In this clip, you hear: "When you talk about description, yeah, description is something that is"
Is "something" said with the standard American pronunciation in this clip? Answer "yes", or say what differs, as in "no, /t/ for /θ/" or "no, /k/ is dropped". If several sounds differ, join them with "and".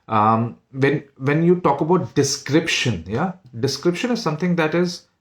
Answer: no, /t/ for /θ/